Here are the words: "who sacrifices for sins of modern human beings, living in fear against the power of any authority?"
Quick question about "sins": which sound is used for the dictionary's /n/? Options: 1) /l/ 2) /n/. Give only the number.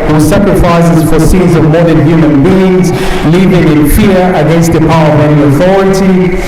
1